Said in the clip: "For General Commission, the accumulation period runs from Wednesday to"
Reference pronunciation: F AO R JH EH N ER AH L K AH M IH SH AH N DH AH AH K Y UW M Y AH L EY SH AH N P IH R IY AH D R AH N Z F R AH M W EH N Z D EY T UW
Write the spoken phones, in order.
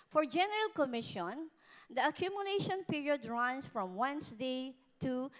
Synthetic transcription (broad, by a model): F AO R JH EH N ER AH L K AH M IH SH AH N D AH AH K Y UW M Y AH L EY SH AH N P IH R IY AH D R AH N S F R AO M W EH N S D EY T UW